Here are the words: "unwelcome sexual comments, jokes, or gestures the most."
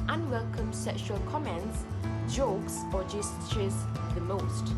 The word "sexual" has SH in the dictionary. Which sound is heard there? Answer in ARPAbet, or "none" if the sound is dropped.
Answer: SH